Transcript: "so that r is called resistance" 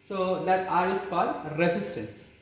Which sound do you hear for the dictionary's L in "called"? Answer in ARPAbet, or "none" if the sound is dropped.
none